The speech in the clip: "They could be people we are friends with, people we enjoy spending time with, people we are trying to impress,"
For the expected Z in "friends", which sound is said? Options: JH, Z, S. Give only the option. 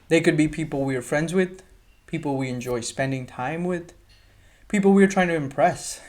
Z